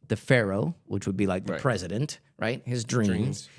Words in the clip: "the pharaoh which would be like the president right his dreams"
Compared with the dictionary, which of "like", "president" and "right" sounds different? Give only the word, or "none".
none